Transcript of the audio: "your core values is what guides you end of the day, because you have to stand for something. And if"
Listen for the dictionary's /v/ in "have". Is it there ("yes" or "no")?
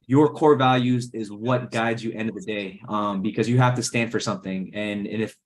no